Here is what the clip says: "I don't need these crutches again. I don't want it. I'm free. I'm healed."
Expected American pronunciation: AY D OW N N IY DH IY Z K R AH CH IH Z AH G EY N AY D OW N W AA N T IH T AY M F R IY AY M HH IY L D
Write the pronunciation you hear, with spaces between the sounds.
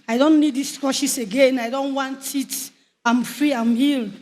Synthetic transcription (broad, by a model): AY D OW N N IY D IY S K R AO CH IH S AH G EY N AY D OW N W AA N T IH T AY M F R IY AY M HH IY L